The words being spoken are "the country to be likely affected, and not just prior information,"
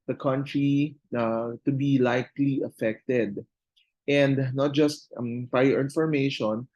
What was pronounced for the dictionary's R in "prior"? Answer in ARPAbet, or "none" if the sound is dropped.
none